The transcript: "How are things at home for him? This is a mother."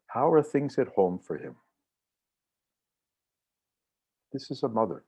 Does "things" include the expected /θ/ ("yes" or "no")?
yes